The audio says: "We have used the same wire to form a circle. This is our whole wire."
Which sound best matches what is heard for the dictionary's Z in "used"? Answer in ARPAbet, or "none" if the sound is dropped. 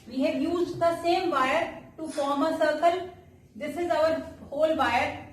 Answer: Z